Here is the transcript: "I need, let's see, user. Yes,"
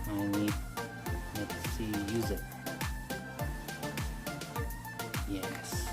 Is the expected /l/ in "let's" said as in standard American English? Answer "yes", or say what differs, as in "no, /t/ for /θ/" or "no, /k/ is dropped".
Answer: no, /n/ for /l/